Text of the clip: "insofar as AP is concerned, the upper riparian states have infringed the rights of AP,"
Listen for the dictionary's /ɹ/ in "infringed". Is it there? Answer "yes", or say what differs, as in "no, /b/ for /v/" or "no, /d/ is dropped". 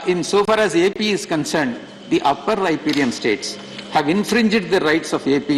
yes